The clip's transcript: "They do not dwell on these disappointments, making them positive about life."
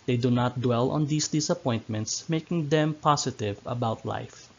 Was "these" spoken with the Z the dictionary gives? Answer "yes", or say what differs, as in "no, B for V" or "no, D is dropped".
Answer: no, S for Z